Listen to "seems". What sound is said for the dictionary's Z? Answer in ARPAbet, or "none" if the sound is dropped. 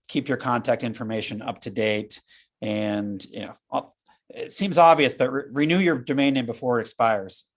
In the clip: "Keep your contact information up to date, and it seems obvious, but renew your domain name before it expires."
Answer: Z